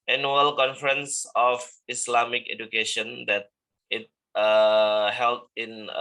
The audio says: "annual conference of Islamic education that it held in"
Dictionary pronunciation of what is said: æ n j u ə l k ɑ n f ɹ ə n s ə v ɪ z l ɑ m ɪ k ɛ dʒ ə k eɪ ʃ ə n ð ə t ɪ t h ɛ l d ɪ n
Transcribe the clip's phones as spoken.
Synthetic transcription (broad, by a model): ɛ n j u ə l k ɑ n f ɹ ə n s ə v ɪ s l ɑ m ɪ k ɛ dʒ ə k eɪ ʃ ə n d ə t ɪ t h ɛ l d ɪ n